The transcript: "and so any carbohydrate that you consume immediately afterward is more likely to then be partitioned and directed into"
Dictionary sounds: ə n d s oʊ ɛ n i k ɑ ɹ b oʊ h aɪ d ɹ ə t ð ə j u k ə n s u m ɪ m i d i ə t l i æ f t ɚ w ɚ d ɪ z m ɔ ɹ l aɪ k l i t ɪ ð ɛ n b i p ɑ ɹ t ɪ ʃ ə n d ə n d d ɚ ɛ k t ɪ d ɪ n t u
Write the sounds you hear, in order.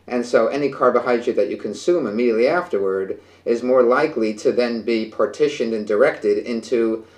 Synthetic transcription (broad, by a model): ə n s oʊ ɛ n i k ɑ ɹ b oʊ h aɪ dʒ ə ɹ ð ə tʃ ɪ k ə n s u m ɪ m i d i ə t l i æ f t ɚ w ɚ d ɪ z m ɔ ɹ l aɪ k l i t ɪ ð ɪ n b i p ɑ ɹ t ɪ ʃ ə n d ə n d d ɚ ɛ k t ɪ d ɪ n t u